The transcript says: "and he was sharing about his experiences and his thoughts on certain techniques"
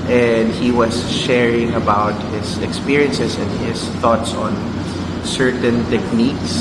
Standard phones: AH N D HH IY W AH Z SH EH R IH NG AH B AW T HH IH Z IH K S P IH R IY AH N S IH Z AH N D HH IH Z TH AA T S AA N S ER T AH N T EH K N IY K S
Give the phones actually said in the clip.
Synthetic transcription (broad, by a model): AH N D HH IY W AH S SH EH R IH NG AH B AW T HH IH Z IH K S P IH R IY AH N S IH S AH N D HH IH S TH AA T S AA N S ER T AH N T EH K N IY K S